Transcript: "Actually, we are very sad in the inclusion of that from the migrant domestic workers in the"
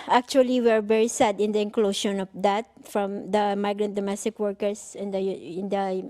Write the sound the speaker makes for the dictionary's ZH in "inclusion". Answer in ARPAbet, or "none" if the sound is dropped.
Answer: SH